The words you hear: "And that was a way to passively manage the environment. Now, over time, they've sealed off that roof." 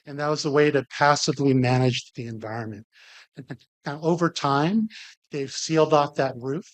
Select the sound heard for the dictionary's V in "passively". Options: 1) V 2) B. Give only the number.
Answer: 1